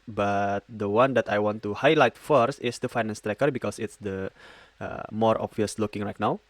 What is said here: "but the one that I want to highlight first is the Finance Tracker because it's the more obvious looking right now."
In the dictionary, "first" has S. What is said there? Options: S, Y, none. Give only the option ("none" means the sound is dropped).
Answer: S